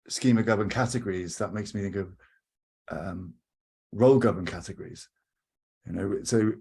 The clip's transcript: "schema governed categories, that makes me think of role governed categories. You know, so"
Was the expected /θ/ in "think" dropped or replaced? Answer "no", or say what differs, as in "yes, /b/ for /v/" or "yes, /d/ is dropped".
no